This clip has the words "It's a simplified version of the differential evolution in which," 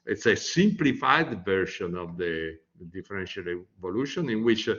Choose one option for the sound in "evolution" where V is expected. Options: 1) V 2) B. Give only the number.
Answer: 1